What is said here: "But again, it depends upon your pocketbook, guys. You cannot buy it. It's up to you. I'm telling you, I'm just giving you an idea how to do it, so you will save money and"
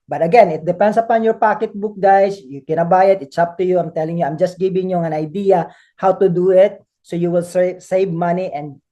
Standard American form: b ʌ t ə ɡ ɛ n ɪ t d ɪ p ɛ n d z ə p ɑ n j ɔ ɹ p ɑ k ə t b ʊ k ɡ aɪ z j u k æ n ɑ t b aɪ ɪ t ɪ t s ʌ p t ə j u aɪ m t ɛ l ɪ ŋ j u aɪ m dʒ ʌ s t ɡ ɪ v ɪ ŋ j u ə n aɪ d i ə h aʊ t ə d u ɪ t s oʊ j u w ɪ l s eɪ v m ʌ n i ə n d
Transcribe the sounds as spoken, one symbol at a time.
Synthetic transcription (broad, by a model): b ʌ t ə ɡ ɛ n ɪ t d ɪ p ɛ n d s ə p ɑ n j ɔ ɹ p ɑ k ə t b ʊ k ɡ aɪ s j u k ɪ n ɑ b aɪ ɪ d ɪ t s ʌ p t ə j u aɪ m t ɛ l ɪ ŋ j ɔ aɪ m dʒ ʌ s t ɡ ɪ b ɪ ŋ j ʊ ə n aɪ d i ə h aʊ t ə d u ɪ t s oʊ j u w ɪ l s eɪ v m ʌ n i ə n d